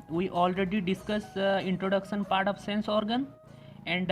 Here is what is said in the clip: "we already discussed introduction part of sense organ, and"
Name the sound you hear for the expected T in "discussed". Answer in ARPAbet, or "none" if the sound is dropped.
none